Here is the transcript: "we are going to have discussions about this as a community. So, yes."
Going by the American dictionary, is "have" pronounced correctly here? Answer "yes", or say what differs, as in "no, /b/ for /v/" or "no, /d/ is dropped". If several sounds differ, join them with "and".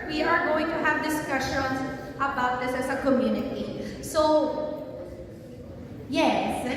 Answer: yes